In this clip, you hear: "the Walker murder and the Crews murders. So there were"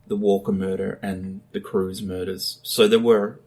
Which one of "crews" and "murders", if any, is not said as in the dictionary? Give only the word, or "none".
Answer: none